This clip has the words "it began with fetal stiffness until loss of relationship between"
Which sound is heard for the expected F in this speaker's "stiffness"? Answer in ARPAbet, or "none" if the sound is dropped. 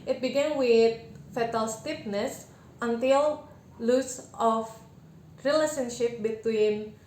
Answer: P